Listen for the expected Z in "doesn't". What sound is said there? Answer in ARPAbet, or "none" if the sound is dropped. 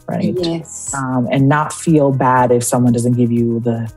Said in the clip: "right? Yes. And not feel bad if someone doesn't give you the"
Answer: Z